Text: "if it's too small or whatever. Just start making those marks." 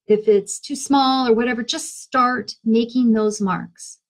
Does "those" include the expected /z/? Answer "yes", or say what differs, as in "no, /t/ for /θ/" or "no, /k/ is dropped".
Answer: yes